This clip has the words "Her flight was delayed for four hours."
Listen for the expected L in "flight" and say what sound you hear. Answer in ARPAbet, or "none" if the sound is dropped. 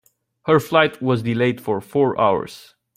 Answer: L